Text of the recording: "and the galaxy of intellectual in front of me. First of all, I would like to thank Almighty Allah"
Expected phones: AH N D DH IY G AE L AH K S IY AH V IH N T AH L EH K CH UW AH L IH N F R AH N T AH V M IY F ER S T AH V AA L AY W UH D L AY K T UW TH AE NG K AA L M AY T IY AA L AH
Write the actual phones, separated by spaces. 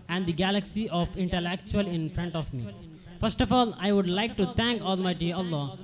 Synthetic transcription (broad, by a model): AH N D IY G AE L AH K S IY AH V IH N T AH L EH K CH UW AH L IH N F R AH N T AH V M IY F ER S T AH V AA L AY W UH D L AY K T UW T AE NG K AA L M AY T IY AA L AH